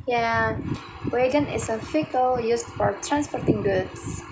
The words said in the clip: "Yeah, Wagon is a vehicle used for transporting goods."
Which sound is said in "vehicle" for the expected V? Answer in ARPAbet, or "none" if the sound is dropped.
F